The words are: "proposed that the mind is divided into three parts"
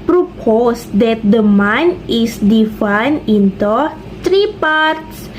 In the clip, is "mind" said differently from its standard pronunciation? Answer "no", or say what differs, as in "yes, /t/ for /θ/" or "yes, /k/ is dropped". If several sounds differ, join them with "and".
yes, /d/ is dropped